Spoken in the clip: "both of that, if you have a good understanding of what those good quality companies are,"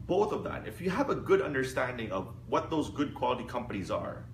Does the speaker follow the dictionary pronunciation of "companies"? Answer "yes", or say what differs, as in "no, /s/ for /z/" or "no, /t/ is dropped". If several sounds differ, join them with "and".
yes